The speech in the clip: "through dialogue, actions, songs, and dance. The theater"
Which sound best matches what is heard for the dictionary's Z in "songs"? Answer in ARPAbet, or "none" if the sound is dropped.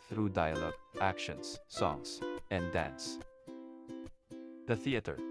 S